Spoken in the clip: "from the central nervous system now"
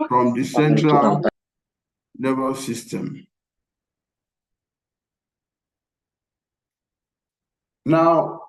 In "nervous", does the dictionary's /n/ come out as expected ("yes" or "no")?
no